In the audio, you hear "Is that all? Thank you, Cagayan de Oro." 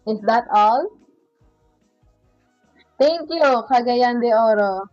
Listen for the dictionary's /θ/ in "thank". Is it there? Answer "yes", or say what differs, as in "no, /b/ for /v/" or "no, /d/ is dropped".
no, /t/ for /θ/